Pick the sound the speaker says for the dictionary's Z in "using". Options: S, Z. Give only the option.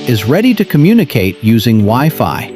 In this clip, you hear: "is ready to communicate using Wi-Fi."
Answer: Z